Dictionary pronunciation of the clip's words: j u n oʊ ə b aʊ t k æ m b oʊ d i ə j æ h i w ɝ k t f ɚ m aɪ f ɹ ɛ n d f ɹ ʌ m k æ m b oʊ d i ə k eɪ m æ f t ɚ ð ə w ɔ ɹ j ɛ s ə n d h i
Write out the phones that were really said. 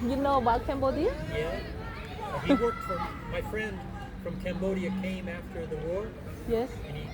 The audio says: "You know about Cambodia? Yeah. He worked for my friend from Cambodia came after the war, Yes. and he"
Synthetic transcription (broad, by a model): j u n oʊ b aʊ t k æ m b oʊ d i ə j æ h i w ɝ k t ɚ m aɪ f ɹ ɛ n d f ɹ ʌ m k æ m b oʊ d i ə k eɪ m æ f t ɚ ð ə w ɔ ɹ j ɛ s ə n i